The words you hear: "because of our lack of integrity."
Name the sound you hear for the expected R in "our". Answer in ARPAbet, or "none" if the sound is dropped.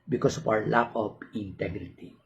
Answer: W